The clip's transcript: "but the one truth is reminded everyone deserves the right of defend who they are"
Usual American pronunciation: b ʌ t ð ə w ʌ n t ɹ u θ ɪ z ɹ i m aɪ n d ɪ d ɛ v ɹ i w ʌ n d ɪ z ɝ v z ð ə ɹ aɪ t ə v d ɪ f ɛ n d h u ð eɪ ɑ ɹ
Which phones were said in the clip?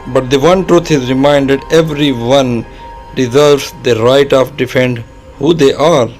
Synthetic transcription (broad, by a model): b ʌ t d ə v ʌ n t ɹ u t ɪ z ɹ i m aɪ n d ɪ d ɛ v ɹ i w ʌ n d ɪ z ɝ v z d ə ɹ aɪ t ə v d ɪ f ɛ n d h u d eɪ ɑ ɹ